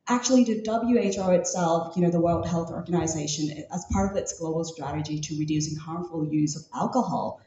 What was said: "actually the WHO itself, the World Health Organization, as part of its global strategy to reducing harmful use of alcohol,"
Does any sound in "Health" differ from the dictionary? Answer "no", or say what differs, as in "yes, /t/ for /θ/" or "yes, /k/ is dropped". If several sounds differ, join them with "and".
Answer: no